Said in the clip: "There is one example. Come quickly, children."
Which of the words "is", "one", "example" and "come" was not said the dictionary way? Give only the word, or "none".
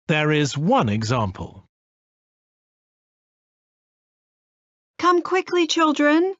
none